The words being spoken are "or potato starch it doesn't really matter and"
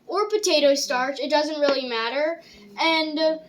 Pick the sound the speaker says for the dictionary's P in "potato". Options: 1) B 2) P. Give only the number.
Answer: 2